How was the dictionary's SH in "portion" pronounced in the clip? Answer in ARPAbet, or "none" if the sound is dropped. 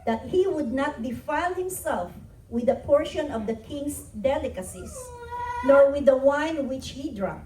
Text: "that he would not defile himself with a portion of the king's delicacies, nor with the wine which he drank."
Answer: SH